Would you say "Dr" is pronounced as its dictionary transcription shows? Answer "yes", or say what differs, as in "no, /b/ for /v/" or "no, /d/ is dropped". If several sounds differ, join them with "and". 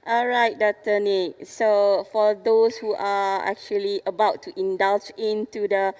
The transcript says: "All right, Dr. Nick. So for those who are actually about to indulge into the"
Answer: no, /k/ is dropped